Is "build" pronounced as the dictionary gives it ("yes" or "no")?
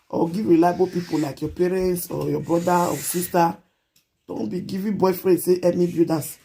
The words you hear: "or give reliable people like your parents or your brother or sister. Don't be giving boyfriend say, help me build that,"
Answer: no